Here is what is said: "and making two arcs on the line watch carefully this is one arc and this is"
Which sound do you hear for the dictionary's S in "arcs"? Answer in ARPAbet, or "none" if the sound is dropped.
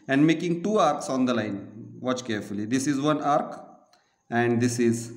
S